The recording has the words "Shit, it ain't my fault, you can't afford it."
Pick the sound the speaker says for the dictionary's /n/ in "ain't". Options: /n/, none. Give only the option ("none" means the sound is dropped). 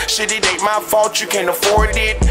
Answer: none